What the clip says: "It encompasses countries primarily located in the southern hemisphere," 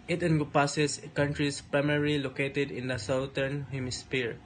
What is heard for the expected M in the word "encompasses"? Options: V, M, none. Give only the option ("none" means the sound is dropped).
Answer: none